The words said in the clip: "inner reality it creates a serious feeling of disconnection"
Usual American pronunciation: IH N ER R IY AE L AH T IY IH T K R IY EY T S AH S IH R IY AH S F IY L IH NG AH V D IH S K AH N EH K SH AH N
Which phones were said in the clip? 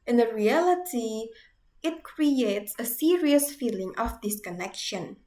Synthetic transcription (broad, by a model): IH N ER R IY AE L AH T IY IH T K R IY EY T S AH S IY R IY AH S F IY L IH NG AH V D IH S K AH N EH K SH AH N